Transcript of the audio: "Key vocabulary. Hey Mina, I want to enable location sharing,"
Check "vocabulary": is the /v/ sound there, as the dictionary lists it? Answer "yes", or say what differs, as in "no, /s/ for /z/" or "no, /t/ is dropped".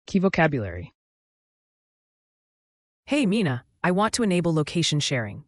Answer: yes